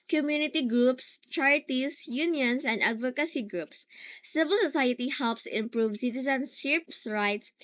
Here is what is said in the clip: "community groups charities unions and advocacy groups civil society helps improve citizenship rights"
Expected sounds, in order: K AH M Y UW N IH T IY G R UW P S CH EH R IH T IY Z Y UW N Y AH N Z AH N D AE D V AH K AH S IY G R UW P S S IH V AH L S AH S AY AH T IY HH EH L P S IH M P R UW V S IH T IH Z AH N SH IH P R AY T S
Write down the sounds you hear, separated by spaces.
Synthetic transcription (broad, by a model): K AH M Y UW N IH T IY G R UW P S CH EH R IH T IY S Y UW N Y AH N S AH N D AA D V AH K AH S IY G R UW P S S IH V AH L S AH S AY AH T IY HH EH L P S IH M P R UW V S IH T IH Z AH N S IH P R AY T S